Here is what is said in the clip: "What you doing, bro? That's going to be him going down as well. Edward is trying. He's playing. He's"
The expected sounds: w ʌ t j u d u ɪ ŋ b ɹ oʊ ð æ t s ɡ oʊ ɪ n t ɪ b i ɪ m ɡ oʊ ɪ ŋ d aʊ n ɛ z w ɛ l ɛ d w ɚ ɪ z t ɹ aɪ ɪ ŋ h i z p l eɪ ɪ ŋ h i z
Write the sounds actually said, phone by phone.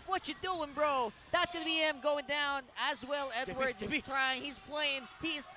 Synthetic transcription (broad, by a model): w ʌ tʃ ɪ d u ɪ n b ɹ oʊ ð æ t s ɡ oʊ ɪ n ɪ b i ɪ m ɡ oʊ ɪ ŋ d aʊ n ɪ z w ɛ l ɛ d w ɚ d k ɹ aɪ ɪ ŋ h i z p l eɪ ɪ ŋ h i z